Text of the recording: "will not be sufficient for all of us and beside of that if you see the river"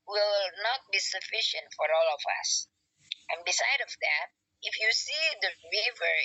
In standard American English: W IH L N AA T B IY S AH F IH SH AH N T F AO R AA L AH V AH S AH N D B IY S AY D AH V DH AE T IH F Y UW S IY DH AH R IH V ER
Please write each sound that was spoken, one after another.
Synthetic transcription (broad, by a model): W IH L N AA T B IY S AH F IH SH AH N T F AO R AA L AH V AH S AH N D B IY S AY D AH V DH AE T IH F Y UW S IY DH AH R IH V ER